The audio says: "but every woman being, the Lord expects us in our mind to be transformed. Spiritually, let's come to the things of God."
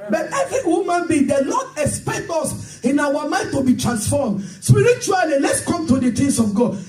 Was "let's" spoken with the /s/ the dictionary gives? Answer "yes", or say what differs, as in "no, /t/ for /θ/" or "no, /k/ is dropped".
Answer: yes